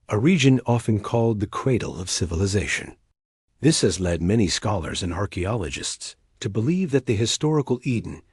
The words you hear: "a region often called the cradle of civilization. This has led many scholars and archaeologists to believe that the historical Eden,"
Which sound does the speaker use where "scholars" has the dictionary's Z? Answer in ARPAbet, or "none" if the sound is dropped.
Z